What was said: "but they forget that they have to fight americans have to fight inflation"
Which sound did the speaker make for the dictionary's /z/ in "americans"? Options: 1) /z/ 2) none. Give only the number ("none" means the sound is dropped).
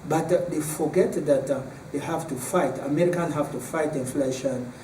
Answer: 2